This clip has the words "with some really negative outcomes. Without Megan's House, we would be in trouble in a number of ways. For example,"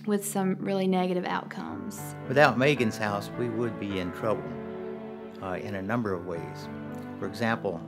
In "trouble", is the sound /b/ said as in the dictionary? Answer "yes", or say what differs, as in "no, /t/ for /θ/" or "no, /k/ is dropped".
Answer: no, /b/ is dropped